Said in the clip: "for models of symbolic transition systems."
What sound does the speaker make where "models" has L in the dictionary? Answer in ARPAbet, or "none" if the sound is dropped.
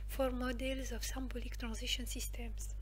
L